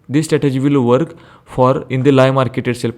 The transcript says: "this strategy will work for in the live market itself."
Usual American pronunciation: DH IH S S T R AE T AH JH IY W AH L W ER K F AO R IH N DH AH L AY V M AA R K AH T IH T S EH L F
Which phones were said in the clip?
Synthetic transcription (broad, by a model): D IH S S T R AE T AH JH IY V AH L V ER K F AO R IH N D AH L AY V M AA R K AH T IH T S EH L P